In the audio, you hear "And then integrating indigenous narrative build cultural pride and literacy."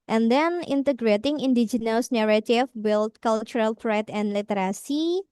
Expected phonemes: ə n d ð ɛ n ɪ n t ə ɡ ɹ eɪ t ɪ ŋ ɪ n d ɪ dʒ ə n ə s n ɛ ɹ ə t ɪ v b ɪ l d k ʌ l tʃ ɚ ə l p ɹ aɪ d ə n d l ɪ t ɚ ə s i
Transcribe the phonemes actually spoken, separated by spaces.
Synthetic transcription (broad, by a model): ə n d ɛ n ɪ n t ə ɡ ɹ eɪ t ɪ ŋ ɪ n d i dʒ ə n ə s n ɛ ɹ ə t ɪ f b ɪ l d k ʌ l tʃ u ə l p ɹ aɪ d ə n l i t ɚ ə s i